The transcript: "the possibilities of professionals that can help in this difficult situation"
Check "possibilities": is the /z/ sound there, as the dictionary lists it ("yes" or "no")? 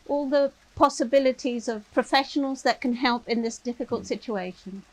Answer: yes